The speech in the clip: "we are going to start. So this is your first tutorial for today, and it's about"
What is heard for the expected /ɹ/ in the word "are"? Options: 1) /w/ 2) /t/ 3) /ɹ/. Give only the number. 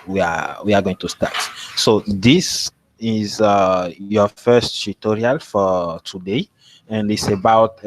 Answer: 1